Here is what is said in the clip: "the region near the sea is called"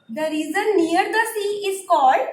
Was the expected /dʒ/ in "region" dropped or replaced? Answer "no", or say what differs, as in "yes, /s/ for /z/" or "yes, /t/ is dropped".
yes, /z/ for /dʒ/